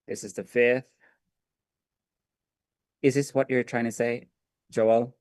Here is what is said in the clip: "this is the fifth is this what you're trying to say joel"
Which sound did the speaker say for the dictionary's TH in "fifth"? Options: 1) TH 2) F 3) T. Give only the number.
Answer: 1